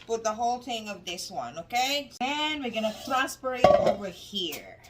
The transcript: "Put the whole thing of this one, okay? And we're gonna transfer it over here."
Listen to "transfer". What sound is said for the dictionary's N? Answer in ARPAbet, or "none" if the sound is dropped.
none